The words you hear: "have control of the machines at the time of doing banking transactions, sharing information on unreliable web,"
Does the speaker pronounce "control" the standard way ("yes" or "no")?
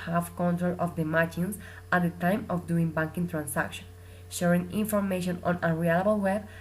yes